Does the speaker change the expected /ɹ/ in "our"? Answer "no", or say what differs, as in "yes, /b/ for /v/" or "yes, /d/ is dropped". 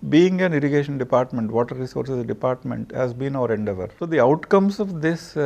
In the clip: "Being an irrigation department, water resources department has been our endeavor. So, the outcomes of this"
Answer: no